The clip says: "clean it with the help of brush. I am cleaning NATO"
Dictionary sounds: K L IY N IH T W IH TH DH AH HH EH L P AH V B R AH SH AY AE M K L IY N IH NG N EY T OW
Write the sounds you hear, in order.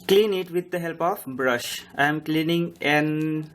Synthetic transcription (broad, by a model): K L IY N IH T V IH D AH HH EH L P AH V B R AH SH AY M K L IY N IH NG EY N